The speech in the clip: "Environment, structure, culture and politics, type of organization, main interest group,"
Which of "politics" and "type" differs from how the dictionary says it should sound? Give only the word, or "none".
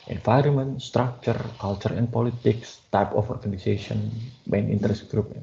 none